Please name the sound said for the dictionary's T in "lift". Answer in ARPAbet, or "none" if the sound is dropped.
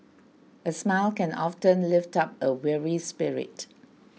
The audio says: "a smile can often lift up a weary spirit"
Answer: T